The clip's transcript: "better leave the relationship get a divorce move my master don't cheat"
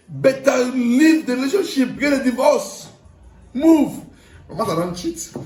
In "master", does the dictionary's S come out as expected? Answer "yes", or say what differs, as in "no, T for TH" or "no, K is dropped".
no, S is dropped